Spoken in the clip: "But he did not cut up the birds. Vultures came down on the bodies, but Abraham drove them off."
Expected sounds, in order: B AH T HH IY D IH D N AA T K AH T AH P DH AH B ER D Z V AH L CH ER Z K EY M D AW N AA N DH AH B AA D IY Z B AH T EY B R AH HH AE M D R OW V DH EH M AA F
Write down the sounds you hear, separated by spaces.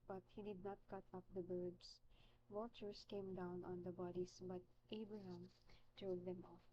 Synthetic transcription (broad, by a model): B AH T HH IY D IH D N AA T K AH T AH P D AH B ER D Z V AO CH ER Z K EY M D AW N AA N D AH B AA D IY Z B AH T EY B R AH HH AE M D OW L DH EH M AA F